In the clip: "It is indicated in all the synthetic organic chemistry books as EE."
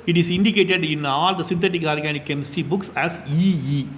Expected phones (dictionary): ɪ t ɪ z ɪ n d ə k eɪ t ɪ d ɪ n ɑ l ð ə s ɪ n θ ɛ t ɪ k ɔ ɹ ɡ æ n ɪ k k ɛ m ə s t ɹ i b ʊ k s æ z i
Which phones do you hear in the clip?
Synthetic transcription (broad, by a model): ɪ t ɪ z ɪ n d ə k eɪ t ɪ d ɪ n ɑ l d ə s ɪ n t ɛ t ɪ k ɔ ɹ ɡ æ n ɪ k k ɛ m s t i b ʊ k s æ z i